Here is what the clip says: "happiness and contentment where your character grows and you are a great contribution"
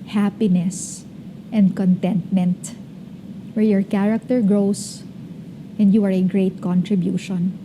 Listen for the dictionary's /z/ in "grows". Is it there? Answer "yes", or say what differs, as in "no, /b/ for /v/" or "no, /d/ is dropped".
no, /s/ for /z/